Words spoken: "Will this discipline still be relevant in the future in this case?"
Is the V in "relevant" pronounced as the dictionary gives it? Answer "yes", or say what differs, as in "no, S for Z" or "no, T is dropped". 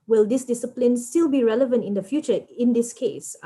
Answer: yes